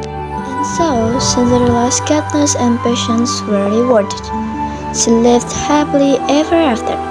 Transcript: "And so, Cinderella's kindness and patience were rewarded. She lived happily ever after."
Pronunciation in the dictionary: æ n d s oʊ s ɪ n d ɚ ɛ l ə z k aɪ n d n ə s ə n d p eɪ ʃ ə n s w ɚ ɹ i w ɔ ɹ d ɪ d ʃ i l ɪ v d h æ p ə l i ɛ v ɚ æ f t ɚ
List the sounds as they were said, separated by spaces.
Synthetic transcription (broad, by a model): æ n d s oʊ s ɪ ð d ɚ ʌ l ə s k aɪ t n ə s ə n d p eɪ ʃ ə n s w ɚ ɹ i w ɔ ɹ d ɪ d s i l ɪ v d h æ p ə l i ɛ v ɚ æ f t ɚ